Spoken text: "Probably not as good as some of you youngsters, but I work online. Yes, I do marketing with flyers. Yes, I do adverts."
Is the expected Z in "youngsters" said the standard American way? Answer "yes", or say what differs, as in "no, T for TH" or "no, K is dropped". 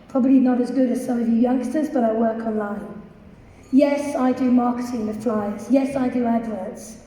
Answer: yes